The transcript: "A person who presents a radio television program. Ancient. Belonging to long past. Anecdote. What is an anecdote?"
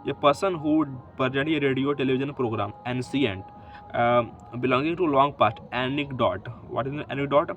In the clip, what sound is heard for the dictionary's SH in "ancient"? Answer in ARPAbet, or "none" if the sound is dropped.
S